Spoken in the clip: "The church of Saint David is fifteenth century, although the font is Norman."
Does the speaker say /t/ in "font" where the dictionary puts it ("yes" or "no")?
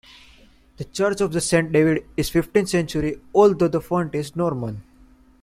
yes